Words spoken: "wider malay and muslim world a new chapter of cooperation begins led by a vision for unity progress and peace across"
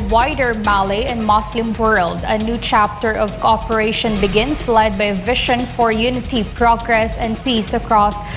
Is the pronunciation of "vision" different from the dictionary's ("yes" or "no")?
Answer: yes